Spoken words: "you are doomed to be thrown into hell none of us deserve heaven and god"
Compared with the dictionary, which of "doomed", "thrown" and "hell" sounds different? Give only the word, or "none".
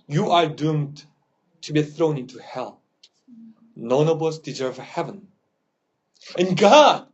none